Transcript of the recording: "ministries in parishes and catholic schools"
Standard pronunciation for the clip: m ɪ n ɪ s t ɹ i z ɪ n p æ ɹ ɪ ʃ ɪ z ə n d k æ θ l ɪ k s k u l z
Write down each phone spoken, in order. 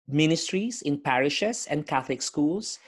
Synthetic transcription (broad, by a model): m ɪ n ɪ s t ɹ i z ɪ n p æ ɹ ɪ ʃ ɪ s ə n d k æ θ l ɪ k s k u l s